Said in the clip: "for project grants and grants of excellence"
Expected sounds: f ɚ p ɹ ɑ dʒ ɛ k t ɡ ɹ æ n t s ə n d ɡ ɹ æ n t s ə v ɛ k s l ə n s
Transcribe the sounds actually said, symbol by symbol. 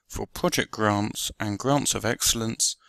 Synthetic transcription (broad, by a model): f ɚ p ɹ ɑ dʒ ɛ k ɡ ɹ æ n t s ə n ɡ ɹ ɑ n t s ə v ɛ k s l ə n s